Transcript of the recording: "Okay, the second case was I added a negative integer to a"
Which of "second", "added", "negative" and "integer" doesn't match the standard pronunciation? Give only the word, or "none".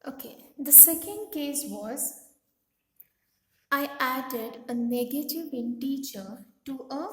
integer